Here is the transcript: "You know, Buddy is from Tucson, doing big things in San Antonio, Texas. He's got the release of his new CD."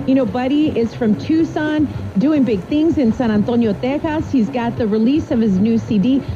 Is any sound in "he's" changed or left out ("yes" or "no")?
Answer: no